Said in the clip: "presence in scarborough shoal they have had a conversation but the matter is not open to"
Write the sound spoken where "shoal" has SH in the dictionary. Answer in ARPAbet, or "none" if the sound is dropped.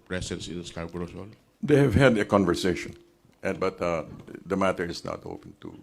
S